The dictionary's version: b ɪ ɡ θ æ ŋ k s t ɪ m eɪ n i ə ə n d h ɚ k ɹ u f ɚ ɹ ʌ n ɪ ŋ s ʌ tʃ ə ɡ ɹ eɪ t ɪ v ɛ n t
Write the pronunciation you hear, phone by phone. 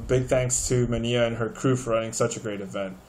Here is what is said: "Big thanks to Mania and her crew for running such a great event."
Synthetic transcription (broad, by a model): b ɪ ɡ θ æ ŋ k s t ɪ m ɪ n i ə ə n ɚ k ɹ u f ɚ ɹ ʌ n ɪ ŋ s ʌ tʃ ə ɡ ɹ eɪ t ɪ v ɛ n t